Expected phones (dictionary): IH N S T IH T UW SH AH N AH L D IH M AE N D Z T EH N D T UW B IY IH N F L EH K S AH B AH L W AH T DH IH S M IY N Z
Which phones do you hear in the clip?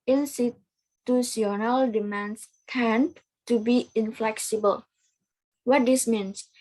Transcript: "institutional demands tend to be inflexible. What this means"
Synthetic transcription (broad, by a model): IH N S T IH T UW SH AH N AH L D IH M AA N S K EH N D T UW B IY IH N F L EH K S AH B AH L W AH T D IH S M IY N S